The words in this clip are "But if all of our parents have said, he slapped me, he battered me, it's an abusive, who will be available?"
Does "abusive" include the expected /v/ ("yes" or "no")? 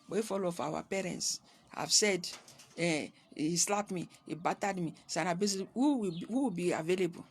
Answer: no